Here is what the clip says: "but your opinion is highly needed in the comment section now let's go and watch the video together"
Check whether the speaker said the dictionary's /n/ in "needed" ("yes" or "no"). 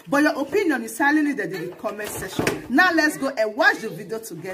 no